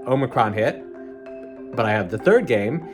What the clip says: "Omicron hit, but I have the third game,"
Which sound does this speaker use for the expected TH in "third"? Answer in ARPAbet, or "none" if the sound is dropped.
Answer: TH